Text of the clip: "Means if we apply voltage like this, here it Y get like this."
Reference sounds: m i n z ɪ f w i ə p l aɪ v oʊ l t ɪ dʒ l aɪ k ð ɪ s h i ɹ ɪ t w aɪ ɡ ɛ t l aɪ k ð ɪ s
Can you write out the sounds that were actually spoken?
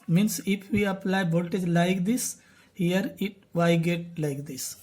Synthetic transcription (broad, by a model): m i n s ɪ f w i ə p l aɪ b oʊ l t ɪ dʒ l aɪ k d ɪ s h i ɹ ɪ t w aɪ ɡ ɛ t l aɪ k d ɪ s